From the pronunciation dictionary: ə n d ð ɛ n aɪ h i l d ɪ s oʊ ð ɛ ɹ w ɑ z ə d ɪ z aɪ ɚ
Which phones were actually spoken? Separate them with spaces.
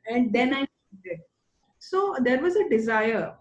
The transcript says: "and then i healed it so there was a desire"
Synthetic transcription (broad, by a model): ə n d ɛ n aɪ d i d s oʊ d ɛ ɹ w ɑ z ə d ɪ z aɪ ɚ